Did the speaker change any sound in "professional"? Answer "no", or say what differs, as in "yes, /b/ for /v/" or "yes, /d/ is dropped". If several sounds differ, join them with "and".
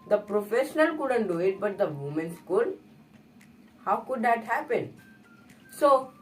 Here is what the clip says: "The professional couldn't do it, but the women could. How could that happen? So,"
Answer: no